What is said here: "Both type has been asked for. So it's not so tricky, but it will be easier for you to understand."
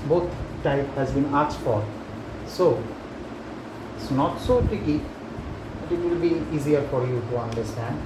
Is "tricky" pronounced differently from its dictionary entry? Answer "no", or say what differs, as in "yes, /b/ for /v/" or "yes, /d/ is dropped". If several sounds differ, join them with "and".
yes, /ɹ/ is dropped